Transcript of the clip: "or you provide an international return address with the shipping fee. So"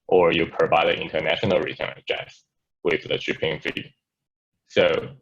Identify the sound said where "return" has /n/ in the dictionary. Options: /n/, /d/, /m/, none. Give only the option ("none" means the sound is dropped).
none